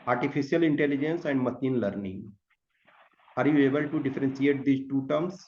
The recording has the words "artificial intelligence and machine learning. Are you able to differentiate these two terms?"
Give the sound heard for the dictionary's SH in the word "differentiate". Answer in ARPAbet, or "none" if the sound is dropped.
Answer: S